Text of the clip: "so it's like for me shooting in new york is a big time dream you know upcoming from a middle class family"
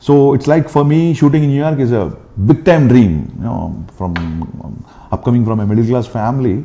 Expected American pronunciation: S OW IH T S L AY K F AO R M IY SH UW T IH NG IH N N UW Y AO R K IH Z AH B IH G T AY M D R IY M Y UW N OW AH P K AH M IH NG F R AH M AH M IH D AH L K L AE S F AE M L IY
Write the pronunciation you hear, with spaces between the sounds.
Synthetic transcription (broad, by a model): S OW IH T S L AY K F AO R M IY SH UW T IH NG IH N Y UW Y AO R K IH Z AH B IH G T AY M D R IY M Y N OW AH P K AH M IH NG F R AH M AH M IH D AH L K L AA S F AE M L IY